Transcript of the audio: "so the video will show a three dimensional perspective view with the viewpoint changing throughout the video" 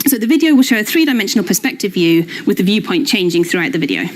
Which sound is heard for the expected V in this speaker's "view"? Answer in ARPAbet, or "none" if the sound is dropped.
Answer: V